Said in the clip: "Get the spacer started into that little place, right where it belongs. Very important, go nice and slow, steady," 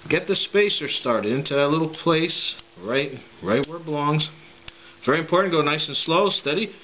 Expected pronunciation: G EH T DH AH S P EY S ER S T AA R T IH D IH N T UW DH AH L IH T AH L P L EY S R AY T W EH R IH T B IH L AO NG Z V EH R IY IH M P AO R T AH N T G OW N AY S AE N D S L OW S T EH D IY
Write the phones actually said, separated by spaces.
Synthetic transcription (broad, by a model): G EH T DH AH S P EY S ER S T AA R T IH D IH N T UW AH L IH T L P L EY S R AY T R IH W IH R B IH L AO NG Z V EH R IY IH M P AO R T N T G OW N AY S N S L OW S T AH D IY